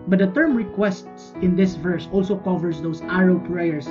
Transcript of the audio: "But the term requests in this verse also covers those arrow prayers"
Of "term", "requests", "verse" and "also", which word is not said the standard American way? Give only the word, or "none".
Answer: none